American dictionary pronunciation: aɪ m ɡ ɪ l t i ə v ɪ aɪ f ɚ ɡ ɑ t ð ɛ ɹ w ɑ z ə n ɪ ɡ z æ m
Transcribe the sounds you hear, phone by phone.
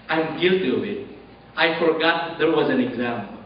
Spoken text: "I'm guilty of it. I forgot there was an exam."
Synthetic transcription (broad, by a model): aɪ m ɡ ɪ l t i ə w ɪ aɪ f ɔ ɡ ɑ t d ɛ ɹ w ɑ z ə n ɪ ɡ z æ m